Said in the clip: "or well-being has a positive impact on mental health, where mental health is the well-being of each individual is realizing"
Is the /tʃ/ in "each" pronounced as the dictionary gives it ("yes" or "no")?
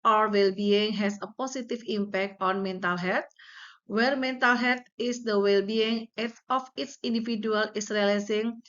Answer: no